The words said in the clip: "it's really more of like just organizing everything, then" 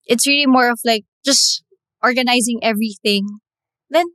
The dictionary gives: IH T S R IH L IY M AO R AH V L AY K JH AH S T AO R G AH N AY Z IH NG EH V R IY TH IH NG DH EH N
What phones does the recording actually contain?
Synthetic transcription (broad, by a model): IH T S R IH L IY M AO R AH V L AY K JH AH S T AO R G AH N AY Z IH NG EH V R IY TH IH NG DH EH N